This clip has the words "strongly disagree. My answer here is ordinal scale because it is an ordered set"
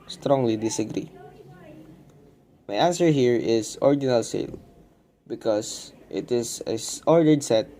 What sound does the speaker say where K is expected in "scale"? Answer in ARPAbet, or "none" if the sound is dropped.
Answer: none